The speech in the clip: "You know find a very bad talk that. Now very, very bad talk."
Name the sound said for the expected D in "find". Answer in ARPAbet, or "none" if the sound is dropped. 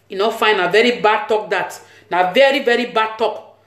none